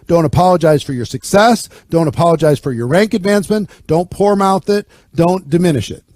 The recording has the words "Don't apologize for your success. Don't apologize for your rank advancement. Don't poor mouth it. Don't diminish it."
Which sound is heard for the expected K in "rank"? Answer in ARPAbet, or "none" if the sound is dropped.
K